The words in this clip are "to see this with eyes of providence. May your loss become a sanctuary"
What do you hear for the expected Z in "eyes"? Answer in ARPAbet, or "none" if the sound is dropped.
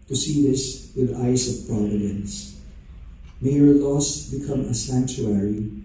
S